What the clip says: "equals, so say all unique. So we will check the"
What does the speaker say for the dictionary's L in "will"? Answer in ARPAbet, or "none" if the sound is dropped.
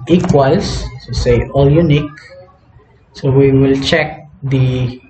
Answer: L